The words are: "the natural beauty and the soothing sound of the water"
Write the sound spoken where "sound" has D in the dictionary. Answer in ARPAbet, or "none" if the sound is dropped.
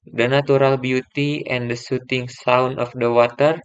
none